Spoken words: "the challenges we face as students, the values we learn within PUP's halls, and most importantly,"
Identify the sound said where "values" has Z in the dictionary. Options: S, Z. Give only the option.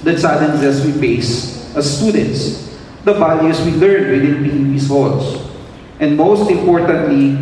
S